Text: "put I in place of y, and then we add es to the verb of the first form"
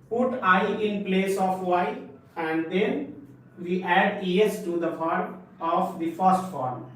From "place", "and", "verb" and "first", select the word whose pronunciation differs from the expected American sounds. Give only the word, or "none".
verb